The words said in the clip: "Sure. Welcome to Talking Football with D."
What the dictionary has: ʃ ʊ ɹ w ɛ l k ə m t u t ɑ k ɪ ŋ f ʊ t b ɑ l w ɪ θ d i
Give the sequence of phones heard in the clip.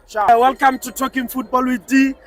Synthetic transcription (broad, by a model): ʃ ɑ w ɛ l k ə m t u t ɑ k ɪ ŋ f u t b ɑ l w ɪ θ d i